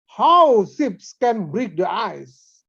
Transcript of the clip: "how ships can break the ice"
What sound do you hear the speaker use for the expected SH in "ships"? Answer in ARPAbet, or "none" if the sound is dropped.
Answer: S